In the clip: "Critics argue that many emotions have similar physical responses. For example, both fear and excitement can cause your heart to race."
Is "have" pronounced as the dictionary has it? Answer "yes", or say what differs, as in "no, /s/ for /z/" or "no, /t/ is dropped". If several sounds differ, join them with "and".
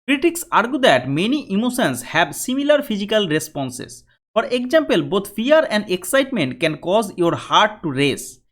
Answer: no, /b/ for /v/